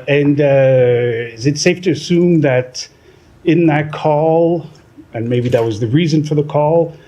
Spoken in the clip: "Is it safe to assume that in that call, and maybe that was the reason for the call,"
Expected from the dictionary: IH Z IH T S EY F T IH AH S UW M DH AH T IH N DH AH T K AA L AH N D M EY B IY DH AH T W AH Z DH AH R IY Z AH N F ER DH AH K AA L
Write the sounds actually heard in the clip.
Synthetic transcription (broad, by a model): IH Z IH T S EY F T IH AH S UW M DH AH T IH N DH AH T K AA L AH N M EY B IY DH AH T W AH Z DH AH R IY Z AH N F ER DH AH K AA L